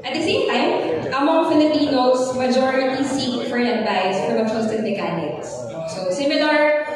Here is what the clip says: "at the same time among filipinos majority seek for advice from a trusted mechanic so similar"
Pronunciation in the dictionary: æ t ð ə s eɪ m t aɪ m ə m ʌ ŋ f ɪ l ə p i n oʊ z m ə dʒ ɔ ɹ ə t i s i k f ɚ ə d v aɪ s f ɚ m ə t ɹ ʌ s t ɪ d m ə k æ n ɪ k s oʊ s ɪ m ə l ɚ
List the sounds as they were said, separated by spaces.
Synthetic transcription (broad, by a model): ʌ t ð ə s eɪ m t aɪ m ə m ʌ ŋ f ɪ l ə p i n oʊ s m ə dʒ ɔ ɹ ə t i s i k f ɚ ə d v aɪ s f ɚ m ə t ʌ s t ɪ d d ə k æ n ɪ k s oʊ s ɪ m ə l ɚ